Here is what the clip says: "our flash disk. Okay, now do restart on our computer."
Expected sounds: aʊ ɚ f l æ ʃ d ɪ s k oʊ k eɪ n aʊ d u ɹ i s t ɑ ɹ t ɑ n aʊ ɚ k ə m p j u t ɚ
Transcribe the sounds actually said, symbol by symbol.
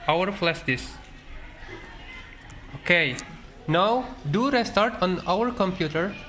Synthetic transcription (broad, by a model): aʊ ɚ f l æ s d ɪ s oʊ k eɪ n aʊ d u ɹ i s t ɑ ɹ t ɑ n aʊ ɚ k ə m p j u t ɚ